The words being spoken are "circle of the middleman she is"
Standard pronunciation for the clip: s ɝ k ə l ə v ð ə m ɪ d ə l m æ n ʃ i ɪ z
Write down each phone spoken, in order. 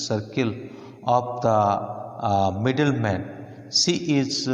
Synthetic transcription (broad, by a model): s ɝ k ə l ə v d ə m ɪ d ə l m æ n s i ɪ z